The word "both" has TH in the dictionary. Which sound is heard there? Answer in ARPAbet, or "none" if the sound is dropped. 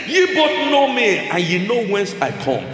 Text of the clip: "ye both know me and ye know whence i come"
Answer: T